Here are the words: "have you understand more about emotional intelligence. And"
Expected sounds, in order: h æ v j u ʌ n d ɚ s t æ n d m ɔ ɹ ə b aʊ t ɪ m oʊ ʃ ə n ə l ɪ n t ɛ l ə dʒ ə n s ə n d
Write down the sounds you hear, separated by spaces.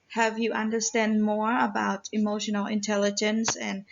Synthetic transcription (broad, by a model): h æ v j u ʌ n d ɚ s t æ n d m ɔ ɹ ə b aʊ t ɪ m oʊ ʃ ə n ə l ɪ n t ɛ l ə dʒ ə n s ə n